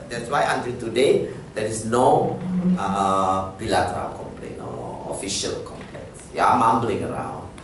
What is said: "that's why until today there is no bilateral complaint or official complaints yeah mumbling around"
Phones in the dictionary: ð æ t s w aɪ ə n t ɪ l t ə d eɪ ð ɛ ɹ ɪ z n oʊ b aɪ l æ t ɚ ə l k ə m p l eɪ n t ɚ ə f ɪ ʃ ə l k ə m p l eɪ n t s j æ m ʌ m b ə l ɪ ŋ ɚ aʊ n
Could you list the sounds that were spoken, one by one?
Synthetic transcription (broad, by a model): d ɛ t s w aɪ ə n t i l t ə d eɪ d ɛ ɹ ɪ s n oʊ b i l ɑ t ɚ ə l k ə m p l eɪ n ɔ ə f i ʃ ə l k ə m p l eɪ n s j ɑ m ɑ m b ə l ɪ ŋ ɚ aʊ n